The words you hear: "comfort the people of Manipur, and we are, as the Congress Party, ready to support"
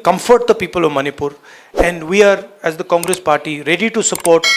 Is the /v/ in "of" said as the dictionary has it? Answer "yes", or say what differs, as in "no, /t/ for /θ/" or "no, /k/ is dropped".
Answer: yes